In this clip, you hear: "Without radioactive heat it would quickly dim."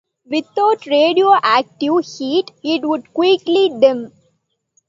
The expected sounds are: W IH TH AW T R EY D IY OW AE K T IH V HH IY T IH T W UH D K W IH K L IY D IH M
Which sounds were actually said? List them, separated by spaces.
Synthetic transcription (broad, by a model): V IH T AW T R EY D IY OW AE K T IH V HH IY T IH T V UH D K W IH K L IY D IH M